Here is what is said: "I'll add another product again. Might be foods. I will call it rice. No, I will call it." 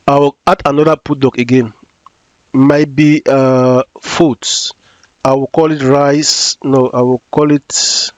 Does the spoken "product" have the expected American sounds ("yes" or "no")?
no